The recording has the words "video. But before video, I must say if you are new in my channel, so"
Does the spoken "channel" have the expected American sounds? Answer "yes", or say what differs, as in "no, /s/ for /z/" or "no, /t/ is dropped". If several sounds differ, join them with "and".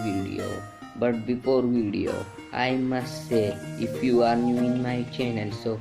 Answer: no, /n/ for /l/